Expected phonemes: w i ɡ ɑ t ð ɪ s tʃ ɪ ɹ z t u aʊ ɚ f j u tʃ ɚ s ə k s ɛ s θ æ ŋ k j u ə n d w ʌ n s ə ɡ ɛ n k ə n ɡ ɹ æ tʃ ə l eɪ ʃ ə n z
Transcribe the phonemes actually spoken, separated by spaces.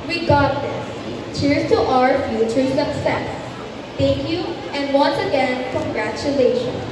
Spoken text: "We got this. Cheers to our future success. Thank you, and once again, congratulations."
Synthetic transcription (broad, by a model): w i ɡ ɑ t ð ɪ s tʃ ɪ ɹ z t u aʊ ɚ f j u tʃ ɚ s ə k s ɛ s t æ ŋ k j u ə n d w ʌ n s ə ɡ ɛ n k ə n ɡ ɹ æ tʃ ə l eɪ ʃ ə n